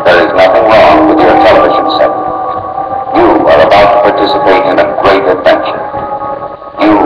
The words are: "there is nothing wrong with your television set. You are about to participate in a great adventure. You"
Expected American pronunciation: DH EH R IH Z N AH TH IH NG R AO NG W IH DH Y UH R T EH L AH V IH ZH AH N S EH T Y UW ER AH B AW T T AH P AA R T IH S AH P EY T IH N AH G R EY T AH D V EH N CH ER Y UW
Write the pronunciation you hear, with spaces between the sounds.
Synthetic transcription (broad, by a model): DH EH R IH Z N AH TH IH NG R AO NG W IH DH Y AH R T EH L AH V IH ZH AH N S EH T Y UW ER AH B AW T T AH P AA R T IH S AH P EY T IH N AH G R EY T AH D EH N SH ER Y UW